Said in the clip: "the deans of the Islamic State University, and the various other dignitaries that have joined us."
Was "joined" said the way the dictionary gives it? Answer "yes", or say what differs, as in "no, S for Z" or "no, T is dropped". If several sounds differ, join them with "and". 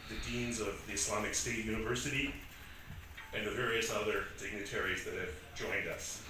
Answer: yes